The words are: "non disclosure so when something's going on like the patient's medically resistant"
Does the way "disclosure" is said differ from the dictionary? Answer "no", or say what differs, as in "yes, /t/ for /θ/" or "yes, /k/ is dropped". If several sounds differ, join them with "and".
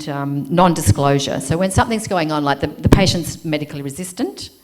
no